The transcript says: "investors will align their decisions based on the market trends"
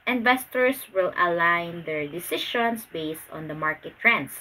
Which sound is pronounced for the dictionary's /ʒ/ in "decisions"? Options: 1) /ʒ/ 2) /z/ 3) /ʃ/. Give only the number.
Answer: 3